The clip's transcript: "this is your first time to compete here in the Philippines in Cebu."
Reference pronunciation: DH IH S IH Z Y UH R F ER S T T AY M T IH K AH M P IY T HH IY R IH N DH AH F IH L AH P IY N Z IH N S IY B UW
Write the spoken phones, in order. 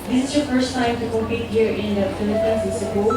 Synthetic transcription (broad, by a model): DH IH S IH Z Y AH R F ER S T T AY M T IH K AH P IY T HH IY R IH N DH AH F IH L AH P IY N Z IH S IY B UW